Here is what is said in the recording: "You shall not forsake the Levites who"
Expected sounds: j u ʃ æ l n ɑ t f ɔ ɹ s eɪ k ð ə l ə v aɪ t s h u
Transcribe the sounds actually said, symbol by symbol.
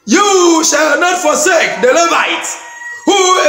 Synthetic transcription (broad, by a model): j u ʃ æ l n ɑ t f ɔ s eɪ k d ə l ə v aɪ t h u